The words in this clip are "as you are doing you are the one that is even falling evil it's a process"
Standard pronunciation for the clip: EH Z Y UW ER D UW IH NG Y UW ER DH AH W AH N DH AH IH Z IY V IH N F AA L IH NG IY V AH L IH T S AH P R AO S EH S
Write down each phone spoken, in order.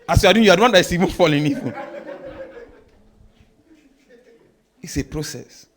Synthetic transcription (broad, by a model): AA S Y UW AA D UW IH Y UW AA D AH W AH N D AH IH S IY V IH N F AA L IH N IY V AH N IH T S AH P R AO S EH S